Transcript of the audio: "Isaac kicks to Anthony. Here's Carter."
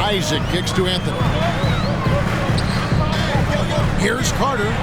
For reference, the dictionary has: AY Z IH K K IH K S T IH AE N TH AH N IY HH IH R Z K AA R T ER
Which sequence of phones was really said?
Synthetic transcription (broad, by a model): AY Z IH K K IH K S T IH AE N TH AH N IY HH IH R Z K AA R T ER